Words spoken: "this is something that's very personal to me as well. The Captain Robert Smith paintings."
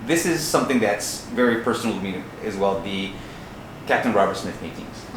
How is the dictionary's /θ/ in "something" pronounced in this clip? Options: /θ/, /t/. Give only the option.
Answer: /θ/